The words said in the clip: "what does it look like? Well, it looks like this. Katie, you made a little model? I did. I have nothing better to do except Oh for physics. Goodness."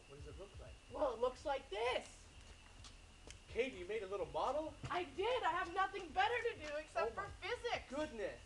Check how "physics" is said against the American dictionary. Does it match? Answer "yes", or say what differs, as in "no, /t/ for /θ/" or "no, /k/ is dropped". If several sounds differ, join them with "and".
no, /s/ is dropped